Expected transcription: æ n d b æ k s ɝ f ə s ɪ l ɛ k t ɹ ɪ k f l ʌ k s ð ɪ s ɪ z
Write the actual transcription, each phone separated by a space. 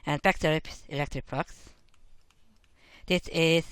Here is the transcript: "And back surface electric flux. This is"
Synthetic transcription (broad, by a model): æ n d b æ k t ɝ ə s ɪ l ɛ k t ɹ ɪ k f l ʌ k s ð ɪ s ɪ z